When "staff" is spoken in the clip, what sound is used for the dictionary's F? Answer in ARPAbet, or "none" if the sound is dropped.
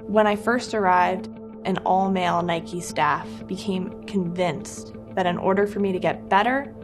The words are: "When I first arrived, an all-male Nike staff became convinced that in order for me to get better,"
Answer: F